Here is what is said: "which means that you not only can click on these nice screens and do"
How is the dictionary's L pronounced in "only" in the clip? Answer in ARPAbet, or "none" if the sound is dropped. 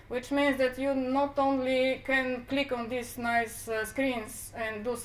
L